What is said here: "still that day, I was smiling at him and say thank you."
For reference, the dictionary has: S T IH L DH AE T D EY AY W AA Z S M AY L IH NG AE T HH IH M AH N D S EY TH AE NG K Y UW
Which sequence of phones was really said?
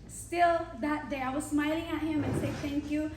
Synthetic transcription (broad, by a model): S T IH L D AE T D EY AY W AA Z S M AY L IH NG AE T HH IH M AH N S EY T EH NG K Y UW